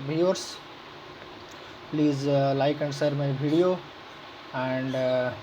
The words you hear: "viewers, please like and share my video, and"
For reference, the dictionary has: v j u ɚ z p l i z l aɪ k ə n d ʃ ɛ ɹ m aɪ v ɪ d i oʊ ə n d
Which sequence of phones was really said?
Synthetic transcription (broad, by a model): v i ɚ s p l i z l aɪ k ə n d s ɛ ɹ m aɪ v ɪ d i oʊ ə n d